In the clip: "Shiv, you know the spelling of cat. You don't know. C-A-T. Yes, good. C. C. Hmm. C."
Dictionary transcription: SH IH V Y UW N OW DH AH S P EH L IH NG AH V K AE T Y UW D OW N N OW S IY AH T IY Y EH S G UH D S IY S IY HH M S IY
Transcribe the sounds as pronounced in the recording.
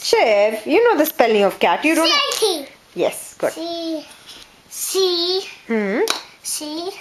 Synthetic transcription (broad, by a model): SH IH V Y UW N OW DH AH S P EH L IH NG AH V K AE T Y UW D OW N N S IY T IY Y EH S G UH D S IY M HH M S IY